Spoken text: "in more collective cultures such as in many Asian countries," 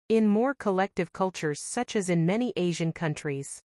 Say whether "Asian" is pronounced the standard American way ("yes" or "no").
yes